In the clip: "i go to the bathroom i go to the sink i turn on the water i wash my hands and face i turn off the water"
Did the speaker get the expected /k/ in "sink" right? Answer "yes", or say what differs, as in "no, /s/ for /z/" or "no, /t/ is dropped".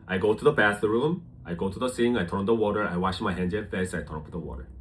no, /k/ is dropped